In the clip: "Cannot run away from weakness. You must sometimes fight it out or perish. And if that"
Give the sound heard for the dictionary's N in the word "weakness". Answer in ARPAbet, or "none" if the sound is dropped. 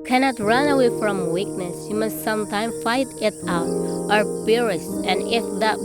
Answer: N